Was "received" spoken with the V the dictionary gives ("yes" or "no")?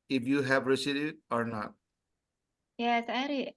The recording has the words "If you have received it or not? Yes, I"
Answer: no